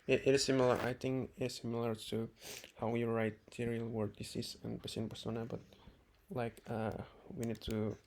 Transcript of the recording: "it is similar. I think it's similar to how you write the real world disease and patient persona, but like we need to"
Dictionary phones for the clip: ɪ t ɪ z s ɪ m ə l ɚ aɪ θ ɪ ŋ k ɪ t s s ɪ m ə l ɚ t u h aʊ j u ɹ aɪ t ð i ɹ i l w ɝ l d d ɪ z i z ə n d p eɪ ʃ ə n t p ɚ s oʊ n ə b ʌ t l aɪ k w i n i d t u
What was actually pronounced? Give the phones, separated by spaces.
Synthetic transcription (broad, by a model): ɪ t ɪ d s ɪ m ə l ɚ aɪ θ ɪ ŋ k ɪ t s s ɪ m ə l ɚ t u h aʊ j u ɹ aɪ t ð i ɹ i l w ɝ d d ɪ s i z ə n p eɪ s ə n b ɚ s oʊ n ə b ʌ t l aɪ k w i n i d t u